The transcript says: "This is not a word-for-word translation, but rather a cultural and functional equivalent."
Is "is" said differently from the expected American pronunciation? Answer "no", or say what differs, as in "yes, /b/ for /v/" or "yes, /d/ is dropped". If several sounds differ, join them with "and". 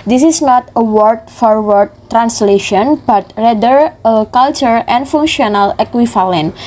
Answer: yes, /s/ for /z/